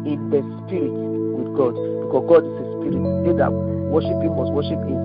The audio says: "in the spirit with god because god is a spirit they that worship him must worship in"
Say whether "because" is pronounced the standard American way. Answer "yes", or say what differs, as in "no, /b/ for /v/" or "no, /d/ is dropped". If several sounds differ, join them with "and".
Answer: no, /s/ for /z/